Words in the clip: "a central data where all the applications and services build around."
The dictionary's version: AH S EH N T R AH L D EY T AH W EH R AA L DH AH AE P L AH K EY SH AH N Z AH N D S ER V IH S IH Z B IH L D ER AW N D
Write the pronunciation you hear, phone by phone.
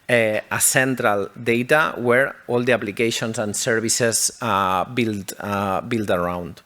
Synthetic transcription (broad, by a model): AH S EH N T R AH L D EY T AH W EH R AA L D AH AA P L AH K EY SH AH N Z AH N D S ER B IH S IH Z B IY L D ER AW N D